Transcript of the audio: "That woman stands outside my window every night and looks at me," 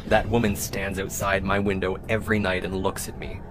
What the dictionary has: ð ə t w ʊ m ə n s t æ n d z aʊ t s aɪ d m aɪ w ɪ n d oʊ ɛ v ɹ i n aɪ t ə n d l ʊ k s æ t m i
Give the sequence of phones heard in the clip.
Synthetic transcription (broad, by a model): ð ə t w ʊ m ə n s t æ n d z aʊ t s aɪ d m aɪ w ɪ n d oʊ ɛ v ɹ i n aɪ t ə n l ʊ k s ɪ t m i